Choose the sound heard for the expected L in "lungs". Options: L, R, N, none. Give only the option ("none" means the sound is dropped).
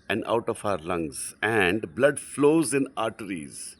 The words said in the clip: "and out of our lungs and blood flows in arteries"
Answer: L